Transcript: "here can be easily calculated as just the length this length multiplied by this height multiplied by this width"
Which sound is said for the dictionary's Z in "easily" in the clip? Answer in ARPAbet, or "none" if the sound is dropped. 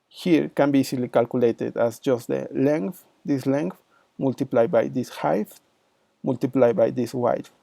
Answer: S